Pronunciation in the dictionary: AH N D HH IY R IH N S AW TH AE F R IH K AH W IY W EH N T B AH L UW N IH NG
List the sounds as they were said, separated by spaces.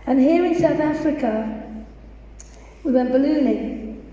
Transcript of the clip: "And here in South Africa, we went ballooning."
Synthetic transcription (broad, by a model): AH N HH IY R IH N S AW TH AE F R IH K AH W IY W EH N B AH L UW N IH